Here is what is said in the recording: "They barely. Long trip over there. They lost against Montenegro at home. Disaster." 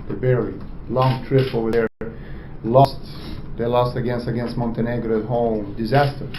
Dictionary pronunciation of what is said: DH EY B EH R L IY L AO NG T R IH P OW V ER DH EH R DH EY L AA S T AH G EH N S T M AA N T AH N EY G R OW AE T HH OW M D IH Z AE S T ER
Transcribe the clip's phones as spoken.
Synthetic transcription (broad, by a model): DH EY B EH R IY L AO NG T R IH P OW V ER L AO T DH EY L AA S T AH G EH N S T M AA N T AH N EY G R OW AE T HH OW M D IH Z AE S T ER